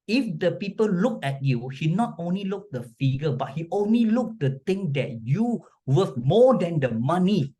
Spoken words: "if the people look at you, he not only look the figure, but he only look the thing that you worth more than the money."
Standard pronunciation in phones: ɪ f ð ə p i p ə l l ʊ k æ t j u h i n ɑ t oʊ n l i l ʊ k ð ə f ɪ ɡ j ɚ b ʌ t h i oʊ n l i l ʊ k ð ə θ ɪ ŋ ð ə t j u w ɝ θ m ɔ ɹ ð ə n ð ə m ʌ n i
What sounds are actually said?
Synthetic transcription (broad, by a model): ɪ f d ə p i p ə l l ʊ k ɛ t j u h i n ɑ t oʊ n l i l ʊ k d ə f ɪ ɡ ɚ b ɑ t h i oʊ n l i l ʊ k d ə t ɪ ŋ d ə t j u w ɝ f m ɔ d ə n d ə m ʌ n i